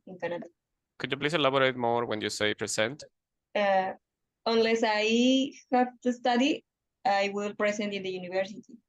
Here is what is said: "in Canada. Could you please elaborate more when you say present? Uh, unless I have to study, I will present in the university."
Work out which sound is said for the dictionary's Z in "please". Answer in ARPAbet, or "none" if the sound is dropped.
S